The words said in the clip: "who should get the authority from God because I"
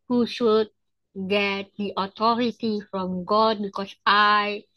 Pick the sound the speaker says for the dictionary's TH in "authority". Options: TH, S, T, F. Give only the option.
T